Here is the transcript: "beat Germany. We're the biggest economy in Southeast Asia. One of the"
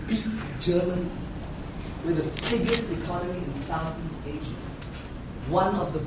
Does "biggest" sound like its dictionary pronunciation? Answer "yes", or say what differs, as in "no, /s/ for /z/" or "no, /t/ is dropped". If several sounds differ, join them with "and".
yes